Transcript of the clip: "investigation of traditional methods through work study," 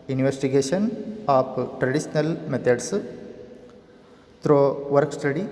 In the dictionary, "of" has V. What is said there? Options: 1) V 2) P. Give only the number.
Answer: 2